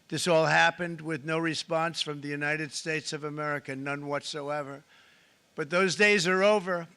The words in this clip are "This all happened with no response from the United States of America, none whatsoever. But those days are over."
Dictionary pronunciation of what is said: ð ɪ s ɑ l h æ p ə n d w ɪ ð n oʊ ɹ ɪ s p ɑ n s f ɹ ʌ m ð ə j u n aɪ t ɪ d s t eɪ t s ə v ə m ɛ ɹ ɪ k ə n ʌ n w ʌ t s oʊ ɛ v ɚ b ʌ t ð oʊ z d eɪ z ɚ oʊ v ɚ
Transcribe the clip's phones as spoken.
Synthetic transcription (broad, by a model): ð ɪ s ɑ l h æ p ə n d w ɪ ð n oʊ ɹ ɪ s p ɑ n s f ɹ ʌ m ð ə j u n aɪ t ɪ d s t eɪ t s ə v ə m ɛ ɹ ɪ k ə n ʌ n w ʌ t s oʊ ɛ v ɚ b ʌ t ð oʊ z d eɪ z ɚ oʊ v ɚ